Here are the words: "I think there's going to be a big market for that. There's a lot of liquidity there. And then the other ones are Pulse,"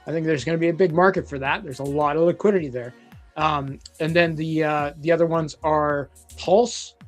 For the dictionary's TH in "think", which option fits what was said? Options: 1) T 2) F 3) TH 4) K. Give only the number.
3